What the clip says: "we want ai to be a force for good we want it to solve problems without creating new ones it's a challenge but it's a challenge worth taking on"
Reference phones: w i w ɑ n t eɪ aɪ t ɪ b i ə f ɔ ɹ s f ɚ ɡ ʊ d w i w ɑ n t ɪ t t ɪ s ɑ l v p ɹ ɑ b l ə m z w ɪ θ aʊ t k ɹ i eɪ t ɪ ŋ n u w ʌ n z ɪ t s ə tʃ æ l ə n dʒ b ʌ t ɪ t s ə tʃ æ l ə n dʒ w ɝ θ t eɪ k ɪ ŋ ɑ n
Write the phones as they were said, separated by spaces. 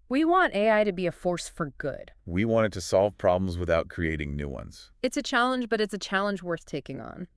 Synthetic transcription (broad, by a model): w i w ɑ n t eɪ aɪ t ɪ b i ə f ɔ ɹ s f ɚ ɡ ʊ d w i w ɑ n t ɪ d t ɪ s ɑ l v p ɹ ɑ b l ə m z w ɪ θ aʊ t k ɹ i eɪ t ɪ ŋ n u w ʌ n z ɪ t s ə tʃ æ l ə n dʒ b ʌ t ɪ t s ə tʃ æ l ə n dʒ w ɝ θ t eɪ k ɪ ŋ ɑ n